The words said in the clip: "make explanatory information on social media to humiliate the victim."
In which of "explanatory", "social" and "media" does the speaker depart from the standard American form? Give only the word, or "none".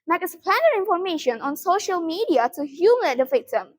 explanatory